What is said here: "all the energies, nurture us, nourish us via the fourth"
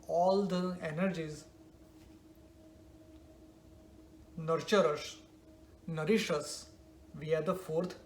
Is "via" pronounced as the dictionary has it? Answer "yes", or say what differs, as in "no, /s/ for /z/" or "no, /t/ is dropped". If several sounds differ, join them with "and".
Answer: yes